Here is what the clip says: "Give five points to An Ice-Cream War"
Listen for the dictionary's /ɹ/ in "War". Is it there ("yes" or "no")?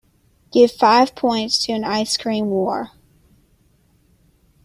yes